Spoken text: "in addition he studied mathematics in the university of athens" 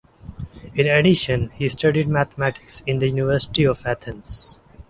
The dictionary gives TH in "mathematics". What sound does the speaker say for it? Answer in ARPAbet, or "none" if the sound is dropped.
T